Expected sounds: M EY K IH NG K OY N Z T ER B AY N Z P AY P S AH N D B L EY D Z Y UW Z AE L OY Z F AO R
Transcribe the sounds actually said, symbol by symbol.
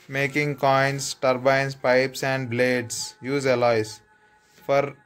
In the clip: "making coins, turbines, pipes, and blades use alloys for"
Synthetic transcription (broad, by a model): M EY K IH NG K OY N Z T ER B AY N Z P AY P S AH N D B L EY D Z Y UW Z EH L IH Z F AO R